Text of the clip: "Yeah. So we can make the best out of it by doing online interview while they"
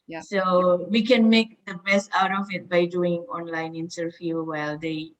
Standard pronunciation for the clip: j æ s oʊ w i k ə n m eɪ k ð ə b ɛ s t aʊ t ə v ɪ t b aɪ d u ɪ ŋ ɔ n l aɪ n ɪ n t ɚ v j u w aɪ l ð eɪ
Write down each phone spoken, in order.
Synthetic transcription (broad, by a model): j s oʊ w i k ə n m eɪ k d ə b ɛ s t aʊ t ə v ɪ t b aɪ d u ɪ ŋ ɔ n l aɪ n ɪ n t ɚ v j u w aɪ l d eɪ